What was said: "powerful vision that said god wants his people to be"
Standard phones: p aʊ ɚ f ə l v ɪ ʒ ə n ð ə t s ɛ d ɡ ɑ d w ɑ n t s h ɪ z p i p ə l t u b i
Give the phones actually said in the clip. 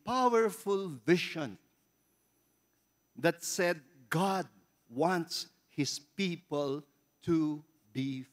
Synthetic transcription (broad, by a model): p aʊ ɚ f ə l v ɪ ʃ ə n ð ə t s ɛ d ɡ ɑ d w ɑ n t s h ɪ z p i p ə l t u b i